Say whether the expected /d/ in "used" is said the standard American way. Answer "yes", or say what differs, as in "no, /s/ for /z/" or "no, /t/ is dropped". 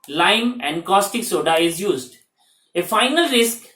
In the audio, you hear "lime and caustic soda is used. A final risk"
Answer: yes